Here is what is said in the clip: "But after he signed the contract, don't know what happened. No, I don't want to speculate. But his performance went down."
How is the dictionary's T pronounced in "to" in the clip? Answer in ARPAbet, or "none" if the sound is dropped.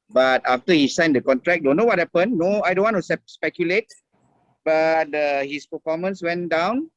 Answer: S